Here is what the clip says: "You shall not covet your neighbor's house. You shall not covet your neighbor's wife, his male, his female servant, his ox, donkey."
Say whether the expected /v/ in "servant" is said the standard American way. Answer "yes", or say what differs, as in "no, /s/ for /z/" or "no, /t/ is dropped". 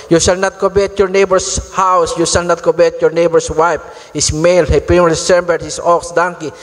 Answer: no, /b/ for /v/